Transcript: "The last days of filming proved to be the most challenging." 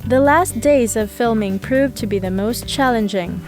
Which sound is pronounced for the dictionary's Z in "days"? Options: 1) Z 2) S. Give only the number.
1